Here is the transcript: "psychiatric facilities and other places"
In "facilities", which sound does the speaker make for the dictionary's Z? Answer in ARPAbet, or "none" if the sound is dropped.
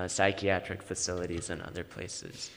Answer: Z